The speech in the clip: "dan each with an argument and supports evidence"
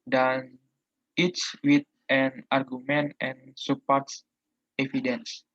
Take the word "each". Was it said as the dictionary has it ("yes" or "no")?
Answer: no